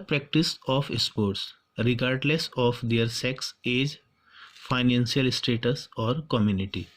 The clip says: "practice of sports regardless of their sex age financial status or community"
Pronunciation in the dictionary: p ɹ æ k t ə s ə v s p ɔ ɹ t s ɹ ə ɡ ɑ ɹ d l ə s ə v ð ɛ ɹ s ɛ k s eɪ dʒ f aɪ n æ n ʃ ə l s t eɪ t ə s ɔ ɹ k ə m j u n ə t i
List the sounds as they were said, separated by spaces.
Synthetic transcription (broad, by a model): p ɹ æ k t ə s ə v s p ɔ ɹ t s ɹ ə ɡ ɑ ɹ d l ə s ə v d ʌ ɹ s ɛ k s eɪ dʒ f aɪ n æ n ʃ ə l s t eɪ t ə s ɔ ɹ k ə m j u n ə t i